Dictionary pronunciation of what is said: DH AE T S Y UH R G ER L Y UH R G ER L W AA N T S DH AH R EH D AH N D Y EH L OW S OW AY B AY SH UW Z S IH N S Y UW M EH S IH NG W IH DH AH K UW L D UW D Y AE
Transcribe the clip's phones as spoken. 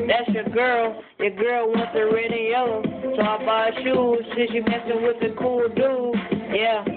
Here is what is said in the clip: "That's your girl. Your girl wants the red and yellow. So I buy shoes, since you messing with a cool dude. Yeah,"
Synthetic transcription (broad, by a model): DH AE T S Y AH R G ER L Y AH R G ER L W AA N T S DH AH R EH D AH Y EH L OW S OW AY B AY SH UW Z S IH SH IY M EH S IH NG W IH DH AH K UW L D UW Y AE